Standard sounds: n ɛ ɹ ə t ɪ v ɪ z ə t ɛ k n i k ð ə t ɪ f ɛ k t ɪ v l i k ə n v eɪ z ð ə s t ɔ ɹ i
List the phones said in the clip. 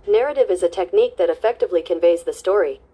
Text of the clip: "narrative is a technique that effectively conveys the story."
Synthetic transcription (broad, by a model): n ɛ ɹ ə t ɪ v ɪ z ə t ɛ k n i k ð ə t ɪ f ɛ k t ɪ v l i k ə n v eɪ z ð ə s t ɔ ɹ i